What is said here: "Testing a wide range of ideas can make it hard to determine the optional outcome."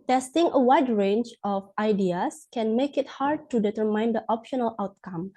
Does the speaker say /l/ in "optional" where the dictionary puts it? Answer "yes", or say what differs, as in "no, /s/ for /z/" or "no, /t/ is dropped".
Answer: yes